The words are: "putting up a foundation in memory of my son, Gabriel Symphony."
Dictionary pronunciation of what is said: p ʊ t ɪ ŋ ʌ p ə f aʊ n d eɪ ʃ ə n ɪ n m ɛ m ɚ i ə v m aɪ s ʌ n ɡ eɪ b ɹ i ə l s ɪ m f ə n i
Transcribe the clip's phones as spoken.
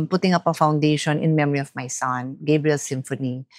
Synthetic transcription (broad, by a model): p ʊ t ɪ ŋ ʌ p ə f aʊ n d eɪ ʃ ə n ɪ n m ɛ m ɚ i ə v m aɪ s ʌ n ɡ eɪ b ɹ i ə l s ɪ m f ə n i